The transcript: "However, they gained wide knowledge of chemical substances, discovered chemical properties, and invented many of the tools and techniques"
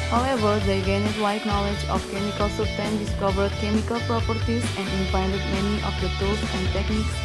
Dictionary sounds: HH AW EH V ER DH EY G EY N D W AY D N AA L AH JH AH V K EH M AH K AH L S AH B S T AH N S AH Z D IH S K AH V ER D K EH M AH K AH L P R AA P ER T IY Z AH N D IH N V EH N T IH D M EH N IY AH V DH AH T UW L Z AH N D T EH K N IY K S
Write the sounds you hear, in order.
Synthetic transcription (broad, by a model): HH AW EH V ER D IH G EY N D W AY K N AA L AH JH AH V K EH M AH K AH L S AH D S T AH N D IH S K AH V ER D K EH M AH K AH L P R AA P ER T IY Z AH N D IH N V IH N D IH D M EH N IY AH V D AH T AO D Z AH N D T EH K N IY K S